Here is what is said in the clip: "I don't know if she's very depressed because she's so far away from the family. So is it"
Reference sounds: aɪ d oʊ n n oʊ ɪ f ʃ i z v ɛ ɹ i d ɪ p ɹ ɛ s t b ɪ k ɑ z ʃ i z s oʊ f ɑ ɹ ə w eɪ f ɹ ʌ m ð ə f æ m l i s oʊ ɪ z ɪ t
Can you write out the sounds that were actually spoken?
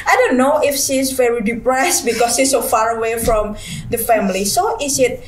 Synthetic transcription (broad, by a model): aɪ d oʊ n n oʊ ɪ f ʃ i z v ɛ ɹ i d ɪ p ɹ ɛ s t b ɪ k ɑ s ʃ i s oʊ f ɑ ɹ ə w eɪ f ɹ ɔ m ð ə f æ m l i s oʊ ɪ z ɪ t